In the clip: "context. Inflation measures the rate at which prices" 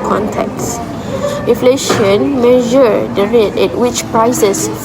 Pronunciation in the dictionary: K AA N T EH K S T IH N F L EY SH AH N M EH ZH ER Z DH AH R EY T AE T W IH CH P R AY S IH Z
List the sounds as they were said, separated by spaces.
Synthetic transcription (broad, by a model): K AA N T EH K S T IH N F L EY SH AH N M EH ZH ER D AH R EY T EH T W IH CH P R AY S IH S